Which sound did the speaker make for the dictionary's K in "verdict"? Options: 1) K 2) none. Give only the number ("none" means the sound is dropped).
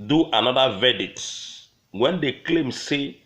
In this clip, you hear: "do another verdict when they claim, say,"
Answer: 2